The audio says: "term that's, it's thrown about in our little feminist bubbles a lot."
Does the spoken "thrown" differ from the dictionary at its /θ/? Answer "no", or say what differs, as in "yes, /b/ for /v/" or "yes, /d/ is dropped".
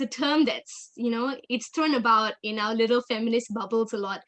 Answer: yes, /t/ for /θ/